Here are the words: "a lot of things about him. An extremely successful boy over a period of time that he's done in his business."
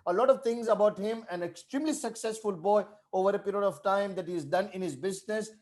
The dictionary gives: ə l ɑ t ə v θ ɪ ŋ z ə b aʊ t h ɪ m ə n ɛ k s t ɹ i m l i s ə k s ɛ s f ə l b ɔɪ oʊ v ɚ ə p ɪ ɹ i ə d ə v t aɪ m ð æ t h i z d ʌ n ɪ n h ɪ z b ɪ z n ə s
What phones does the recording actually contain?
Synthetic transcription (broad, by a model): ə l ɑ t ə v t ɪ ŋ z ə b aʊ t h ɪ m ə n ɛ k s t ɹ i m l i s ə k s ɛ s f ə l b ɔɪ oʊ v ɚ ə p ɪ ɹ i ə d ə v t aɪ m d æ t h i z d ʌ n ɪ n h ɪ z b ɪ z n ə s